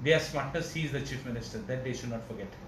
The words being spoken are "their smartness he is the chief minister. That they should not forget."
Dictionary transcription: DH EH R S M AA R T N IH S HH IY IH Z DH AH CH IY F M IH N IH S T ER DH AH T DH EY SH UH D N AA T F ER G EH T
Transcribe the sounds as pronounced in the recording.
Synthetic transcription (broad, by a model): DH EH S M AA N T IH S HH IY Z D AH CH IY F M IH N IH S T ER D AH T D EY SH UH D N AA T F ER G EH T